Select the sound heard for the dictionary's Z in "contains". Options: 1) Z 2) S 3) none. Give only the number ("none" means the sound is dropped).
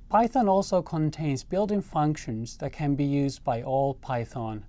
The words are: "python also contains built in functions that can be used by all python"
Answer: 1